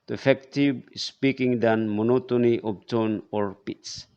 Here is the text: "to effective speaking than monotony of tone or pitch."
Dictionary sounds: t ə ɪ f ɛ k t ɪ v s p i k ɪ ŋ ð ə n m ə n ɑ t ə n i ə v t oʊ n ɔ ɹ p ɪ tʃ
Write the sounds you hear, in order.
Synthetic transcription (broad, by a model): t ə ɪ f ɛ k t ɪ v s p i k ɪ ŋ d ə n m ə n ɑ t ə n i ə p t oʊ n ɔ ɹ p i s